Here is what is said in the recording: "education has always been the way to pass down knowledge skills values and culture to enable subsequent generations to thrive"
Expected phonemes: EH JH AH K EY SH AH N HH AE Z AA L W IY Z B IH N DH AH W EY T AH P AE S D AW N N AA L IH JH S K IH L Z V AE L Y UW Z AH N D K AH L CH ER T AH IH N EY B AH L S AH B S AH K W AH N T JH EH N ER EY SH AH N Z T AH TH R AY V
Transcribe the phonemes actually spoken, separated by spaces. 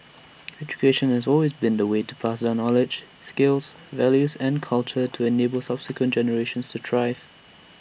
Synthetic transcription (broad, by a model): EH JH AH K EY SH AH N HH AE Z AA L W IY Z B IH N DH AH W EY T AH P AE S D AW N N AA L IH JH S K IH L Z V AE L Y UW Z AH N K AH L CH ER T AH IH N EY B AH L S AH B S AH K W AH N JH EH N ER EY SH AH N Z T AH T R AY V